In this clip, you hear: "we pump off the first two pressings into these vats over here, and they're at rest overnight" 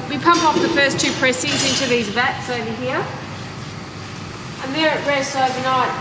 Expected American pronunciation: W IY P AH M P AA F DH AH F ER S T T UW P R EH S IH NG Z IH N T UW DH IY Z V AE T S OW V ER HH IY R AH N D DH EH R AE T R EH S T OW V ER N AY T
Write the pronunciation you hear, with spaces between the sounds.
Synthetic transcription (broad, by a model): W IY P AH M P AA F DH AH F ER S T T UW P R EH S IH Z IH N T UW DH IY Z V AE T S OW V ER HH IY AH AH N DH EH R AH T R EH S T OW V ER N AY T